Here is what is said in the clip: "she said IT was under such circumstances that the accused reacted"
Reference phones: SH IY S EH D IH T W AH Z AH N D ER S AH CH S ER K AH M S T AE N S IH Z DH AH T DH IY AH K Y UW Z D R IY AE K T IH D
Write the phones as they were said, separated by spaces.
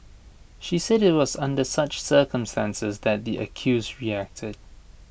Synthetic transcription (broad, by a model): SH IY S EH D IH T W AH Z AH N D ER S AH CH S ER K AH M S T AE N S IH Z DH AH T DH IY AH K Y UW Z D R IY AE K T IH D